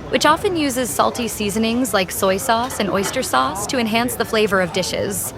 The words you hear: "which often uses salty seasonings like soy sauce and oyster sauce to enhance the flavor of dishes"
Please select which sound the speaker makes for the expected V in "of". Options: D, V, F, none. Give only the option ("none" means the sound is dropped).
V